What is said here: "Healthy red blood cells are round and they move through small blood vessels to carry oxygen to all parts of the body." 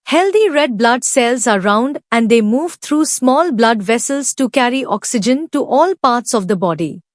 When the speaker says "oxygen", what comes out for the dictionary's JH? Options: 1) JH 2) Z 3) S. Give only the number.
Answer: 1